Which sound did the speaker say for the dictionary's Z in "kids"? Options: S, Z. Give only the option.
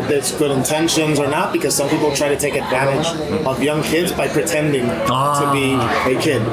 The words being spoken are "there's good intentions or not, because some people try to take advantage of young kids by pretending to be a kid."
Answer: Z